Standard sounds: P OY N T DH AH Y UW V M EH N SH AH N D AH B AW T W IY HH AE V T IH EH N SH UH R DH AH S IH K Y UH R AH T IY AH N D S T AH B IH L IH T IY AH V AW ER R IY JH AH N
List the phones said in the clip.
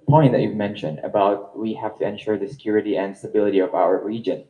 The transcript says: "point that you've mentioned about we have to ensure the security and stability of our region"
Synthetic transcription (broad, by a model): P OY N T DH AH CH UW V M EH N SH AH N D AH B AW T W IY HH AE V T IH EH N SH UH R DH AH S IH K Y UH R AH T IY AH N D S T AH B IH L IH T IY AH V AW ER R IY JH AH N